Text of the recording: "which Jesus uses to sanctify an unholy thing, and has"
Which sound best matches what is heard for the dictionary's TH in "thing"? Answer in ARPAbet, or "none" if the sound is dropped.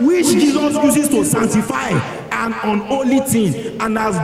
T